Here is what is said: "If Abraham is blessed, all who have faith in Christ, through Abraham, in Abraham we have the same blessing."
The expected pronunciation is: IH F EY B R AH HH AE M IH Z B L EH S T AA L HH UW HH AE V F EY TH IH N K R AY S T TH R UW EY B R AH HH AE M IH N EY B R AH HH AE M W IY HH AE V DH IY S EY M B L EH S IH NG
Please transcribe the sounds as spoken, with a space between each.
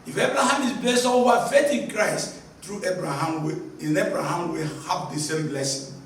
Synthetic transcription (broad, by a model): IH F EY B R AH HH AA M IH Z B L EH S T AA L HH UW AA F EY T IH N K R AY S T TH R UW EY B R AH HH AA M IH N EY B R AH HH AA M W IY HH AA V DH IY S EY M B L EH S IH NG